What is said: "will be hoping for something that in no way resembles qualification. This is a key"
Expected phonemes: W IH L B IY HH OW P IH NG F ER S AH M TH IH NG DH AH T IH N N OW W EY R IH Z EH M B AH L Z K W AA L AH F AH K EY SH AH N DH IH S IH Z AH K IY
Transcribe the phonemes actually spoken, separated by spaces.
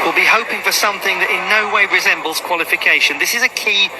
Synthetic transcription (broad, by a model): W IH L B IY HH OW P IH NG F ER S AH M TH IH NG DH AH T IH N N OW W EY R IH Z EH M B AH L Z K W AA L AH F AH K EY SH AH N DH IH S IH Z AH K IY